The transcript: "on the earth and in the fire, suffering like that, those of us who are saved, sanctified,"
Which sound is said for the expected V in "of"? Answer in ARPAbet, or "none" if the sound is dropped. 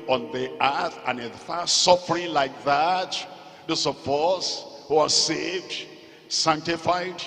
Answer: P